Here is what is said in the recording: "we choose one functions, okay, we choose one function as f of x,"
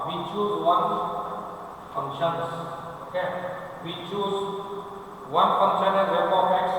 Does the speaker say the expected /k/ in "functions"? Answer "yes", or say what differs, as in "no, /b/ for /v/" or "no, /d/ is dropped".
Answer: no, /k/ is dropped